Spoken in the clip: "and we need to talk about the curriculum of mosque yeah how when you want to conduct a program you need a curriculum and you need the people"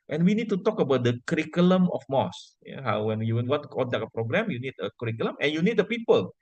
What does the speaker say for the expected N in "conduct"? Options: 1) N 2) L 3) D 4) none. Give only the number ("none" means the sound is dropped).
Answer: 2